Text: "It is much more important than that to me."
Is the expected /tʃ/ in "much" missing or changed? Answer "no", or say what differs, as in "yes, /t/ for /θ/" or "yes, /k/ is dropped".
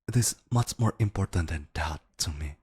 no